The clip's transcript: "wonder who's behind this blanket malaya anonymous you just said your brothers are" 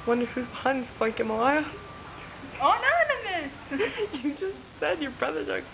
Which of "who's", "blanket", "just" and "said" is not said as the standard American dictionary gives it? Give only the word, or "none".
blanket